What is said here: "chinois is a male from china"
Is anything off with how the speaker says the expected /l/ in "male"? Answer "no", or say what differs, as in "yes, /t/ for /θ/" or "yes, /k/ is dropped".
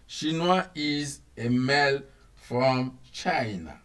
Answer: no